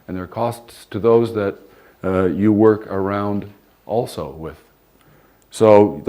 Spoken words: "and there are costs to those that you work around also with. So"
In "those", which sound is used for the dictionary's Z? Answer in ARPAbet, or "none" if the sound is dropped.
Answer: Z